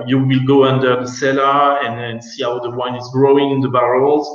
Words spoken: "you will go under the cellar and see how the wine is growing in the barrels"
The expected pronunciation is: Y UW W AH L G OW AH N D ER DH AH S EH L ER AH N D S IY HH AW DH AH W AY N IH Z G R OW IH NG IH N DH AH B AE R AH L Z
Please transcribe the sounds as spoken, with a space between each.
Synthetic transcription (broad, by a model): Y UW W AH L G OW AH N D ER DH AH S EH L ER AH N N S IY HH AW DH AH W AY N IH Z G R OW IH NG IH N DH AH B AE R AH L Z